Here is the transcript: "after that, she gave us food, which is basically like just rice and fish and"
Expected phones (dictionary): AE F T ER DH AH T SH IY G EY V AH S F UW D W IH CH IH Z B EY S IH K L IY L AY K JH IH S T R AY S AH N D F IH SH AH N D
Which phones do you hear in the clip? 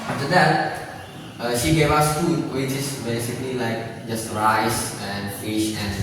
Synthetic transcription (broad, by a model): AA F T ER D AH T SH IY G EY V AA S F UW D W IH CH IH S B EY S IH K L IY L AY K JH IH S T R AY S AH N F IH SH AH N